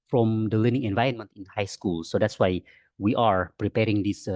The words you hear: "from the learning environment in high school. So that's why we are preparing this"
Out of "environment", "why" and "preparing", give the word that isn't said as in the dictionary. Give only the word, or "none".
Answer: none